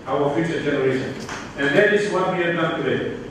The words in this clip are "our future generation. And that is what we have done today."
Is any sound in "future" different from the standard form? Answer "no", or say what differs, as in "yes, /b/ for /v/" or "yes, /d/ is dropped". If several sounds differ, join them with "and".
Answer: yes, /ʃ/ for /tʃ/